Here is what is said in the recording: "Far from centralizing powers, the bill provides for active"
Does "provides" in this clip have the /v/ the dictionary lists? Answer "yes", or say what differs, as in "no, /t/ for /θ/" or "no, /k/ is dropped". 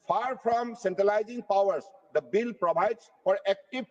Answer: no, /b/ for /v/